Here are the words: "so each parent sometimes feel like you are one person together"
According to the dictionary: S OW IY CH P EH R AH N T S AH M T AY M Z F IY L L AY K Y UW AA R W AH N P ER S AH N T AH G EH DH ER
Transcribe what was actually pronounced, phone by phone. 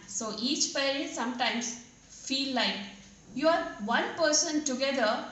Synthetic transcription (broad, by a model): S OW IY CH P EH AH T S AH M T AY M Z F IY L L AY K Y UW AA R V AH N P ER S AH N T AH G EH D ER